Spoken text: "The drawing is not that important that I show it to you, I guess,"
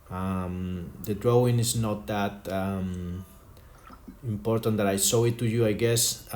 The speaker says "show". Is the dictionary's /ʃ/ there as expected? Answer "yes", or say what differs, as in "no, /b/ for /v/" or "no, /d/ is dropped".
no, /s/ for /ʃ/